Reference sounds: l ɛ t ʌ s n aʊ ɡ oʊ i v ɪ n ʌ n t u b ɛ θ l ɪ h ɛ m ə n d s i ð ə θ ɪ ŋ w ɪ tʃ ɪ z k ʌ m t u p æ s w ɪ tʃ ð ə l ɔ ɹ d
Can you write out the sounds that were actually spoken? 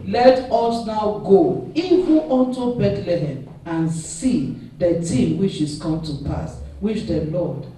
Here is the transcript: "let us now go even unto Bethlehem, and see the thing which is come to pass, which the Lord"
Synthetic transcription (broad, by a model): l ɛ t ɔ s n aʊ ɡ oʊ i v ɪ n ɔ n t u b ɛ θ l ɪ h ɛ m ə n s i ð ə t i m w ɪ tʃ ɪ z k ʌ m t u p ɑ s w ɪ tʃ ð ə l ɔ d